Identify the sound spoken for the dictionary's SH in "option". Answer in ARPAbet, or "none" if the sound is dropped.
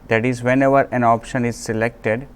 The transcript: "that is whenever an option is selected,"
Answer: SH